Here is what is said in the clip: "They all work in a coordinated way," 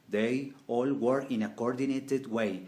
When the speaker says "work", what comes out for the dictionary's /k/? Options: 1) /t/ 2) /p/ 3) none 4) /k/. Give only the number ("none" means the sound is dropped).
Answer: 3